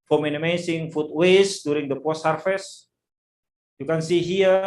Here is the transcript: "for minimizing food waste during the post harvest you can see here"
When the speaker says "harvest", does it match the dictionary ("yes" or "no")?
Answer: no